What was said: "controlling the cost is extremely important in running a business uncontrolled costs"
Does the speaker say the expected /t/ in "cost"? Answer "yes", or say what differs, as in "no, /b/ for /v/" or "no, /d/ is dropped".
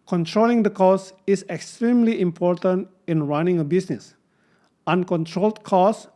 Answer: no, /t/ is dropped